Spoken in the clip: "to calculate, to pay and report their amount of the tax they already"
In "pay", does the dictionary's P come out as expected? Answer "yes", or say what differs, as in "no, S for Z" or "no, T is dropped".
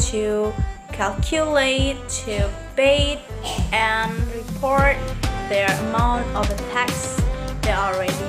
no, B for P